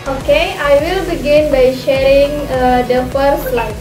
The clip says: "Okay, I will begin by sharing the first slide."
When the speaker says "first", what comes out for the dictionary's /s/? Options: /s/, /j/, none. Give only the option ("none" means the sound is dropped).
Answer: none